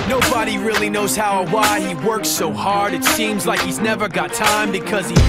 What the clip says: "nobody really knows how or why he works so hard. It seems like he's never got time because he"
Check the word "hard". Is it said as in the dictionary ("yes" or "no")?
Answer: yes